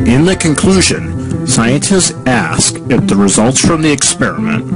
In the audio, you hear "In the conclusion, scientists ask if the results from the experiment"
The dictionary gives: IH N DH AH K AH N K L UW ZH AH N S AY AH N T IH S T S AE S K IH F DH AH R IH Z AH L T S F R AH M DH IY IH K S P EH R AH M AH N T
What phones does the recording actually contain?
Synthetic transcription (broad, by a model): IH N DH AH K AH N K L UW ZH AH N S AY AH N T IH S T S AE S K IH F DH AH R IH Z AH L T S F R AH M DH IY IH K S P EH R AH M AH N T